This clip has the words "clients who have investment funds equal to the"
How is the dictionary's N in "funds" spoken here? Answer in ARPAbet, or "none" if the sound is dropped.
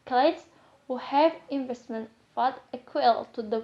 none